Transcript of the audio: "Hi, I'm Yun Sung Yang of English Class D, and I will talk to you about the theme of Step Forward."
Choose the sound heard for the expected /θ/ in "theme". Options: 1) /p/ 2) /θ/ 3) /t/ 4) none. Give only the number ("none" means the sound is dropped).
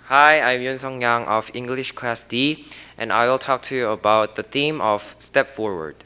2